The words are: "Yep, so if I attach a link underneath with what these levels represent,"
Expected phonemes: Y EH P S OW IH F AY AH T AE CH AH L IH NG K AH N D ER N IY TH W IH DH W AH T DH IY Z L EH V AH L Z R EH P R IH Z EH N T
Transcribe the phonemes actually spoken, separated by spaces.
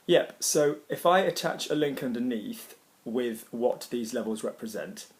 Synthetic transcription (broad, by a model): Y EH P S OW IH F AY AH T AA CH AH L IH NG K AH N D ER N IY TH W IH DH W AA T DH IY Z L EH V AH L Z R EH P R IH Z EH N T